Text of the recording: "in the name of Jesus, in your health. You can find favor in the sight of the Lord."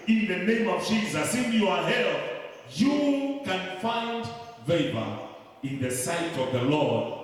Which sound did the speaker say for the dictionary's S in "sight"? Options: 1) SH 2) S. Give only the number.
2